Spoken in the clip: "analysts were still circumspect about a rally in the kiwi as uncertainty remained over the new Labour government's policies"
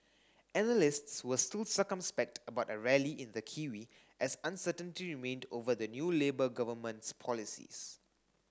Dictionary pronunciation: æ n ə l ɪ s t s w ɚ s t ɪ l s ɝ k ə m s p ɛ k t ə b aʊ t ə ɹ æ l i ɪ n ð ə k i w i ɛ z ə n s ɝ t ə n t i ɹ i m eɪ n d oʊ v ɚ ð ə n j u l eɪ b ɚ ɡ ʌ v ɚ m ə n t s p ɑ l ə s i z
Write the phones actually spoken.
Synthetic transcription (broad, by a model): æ n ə l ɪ s t s w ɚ s t ɪ l s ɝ k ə m s p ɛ k t ə b aʊ t ə ɹ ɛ l i ɪ n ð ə k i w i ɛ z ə n s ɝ t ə n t i ɹ i m eɪ n d oʊ v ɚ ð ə n j u l eɪ b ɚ ɡ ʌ v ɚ m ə n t s p ɑ l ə s i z